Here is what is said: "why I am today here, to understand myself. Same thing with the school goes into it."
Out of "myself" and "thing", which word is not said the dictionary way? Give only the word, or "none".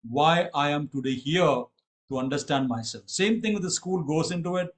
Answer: thing